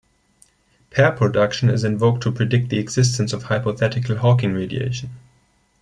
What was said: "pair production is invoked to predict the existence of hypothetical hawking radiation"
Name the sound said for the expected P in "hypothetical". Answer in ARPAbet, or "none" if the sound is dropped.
P